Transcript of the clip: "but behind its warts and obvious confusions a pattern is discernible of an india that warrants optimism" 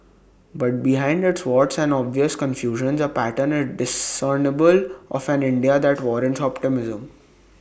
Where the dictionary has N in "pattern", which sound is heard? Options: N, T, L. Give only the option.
N